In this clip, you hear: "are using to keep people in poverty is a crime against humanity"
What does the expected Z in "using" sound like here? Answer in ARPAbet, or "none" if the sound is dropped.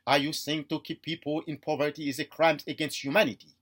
S